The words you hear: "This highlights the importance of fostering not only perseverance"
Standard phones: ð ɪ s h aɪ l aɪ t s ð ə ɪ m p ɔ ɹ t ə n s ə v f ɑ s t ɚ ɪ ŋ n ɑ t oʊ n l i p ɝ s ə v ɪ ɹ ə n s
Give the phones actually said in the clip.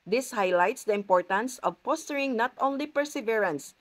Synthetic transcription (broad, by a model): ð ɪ s h aɪ l aɪ t s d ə ɪ m p ɔ ɹ t ə n s ə v p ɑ s t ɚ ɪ ŋ n ɑ t oʊ n l i p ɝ s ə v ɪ ɹ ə n s